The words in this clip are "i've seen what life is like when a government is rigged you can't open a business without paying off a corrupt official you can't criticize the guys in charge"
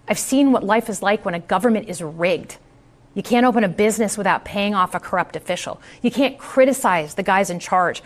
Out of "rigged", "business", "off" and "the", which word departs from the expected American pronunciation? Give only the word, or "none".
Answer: none